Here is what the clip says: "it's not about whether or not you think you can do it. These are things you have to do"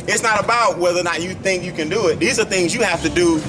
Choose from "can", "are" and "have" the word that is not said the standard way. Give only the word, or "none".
have